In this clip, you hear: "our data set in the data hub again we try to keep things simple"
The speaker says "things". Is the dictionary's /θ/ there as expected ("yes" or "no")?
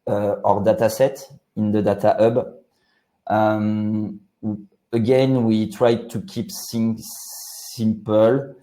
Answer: no